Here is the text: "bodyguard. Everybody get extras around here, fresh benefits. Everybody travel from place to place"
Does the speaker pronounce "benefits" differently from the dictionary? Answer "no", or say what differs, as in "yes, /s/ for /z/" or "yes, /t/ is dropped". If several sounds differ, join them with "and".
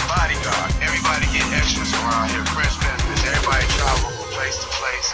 yes, /f/ is dropped